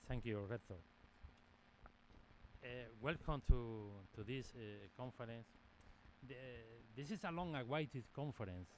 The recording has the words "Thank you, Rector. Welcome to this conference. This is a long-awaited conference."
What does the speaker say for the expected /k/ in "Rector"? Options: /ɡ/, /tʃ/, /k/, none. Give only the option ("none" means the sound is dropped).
none